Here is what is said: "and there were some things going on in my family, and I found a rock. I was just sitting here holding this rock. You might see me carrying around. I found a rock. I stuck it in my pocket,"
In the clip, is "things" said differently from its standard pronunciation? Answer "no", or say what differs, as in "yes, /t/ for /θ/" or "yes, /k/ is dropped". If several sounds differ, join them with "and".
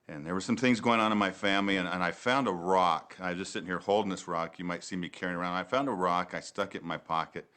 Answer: no